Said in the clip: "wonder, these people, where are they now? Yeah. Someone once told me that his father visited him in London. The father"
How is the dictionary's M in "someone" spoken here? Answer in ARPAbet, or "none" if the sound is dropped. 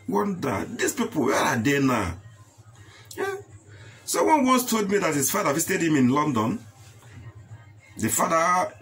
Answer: none